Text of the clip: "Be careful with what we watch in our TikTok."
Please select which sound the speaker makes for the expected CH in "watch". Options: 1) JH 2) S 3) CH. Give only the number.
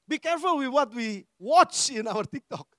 3